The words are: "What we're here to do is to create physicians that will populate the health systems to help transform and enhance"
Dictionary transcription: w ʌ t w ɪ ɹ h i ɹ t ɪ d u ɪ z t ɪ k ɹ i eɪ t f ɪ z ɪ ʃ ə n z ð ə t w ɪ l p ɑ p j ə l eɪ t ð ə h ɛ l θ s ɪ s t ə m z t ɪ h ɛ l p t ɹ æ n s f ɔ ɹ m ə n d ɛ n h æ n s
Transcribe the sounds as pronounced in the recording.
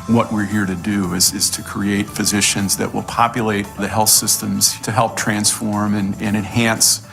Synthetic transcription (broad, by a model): w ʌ t w ɪ ɹ h i ɹ t ɪ d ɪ ɪ z t ɪ k ɹ i eɪ t f ɪ z ɪ ʃ ə n z ð ə t w ɪ l p ɑ p j ə l eɪ t ð ə h ɛ l θ s ɪ s t ə m z t ɪ h ɛ l p t ɹ æ n s f ɔ ɹ m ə n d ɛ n h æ n s